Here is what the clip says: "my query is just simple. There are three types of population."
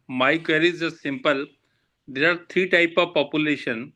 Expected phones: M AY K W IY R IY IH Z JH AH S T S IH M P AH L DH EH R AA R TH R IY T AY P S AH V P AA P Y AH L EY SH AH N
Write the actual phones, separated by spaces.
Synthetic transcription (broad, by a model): M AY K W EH R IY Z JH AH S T S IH M P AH L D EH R AA R T R IY T AY P AH V P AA P Y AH L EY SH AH N